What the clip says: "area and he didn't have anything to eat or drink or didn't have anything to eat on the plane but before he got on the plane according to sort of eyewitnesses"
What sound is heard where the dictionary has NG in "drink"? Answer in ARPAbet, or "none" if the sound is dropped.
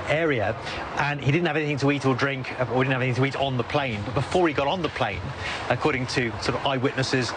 NG